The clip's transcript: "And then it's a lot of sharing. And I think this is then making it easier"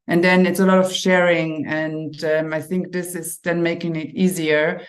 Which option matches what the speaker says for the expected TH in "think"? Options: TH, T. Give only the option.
TH